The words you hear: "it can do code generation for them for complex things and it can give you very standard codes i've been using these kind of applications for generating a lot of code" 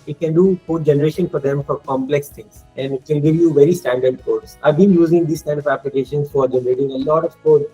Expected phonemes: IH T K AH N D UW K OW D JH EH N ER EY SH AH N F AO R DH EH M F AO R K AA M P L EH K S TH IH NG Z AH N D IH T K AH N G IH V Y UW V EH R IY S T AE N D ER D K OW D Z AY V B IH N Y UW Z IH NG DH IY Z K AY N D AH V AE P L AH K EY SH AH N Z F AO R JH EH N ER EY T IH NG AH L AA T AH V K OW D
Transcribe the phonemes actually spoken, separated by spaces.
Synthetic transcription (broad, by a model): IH T K AH N D UW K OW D JH EH N ER EY SH AH N F AO R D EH M F AO R K AA M P L EH K S T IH NG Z AH N D IH T K AH N G IH V Y UW V EH R IY S T AE N D ER D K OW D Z AY V B IH N Y UW Z IH NG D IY S K AY N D AH V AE P L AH K EY SH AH N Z F AO R JH EH N ER EY T IH NG AH L AA T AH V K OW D